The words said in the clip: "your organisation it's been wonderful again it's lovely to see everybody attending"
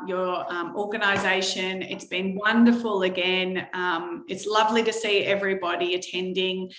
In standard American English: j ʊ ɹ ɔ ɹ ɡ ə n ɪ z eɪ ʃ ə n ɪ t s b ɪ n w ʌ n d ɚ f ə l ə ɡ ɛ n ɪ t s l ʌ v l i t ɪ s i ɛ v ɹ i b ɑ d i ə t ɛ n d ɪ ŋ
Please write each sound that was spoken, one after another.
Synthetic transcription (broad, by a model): j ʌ ɹ ɔ ɹ ɡ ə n ɪ z eɪ ʃ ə n ɪ t s b ɪ n w ʌ n d ɚ f ə l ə ɡ ɛ n ɪ t s l ʌ v l i t ɪ s i ɛ v ɹ i b ɑ d i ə t ɛ n d ɪ ŋ